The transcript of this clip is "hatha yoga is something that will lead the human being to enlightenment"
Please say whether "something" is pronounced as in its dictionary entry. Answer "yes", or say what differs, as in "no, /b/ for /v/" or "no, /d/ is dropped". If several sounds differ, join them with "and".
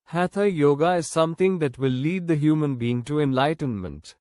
no, /t/ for /θ/